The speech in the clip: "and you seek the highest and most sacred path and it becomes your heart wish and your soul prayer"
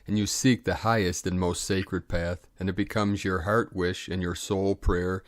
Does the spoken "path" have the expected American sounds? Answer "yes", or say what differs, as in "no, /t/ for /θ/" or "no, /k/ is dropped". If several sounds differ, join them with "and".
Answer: yes